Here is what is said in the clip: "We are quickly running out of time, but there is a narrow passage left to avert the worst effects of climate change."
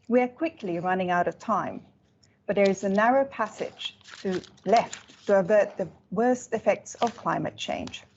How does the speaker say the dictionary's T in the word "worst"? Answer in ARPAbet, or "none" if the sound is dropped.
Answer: T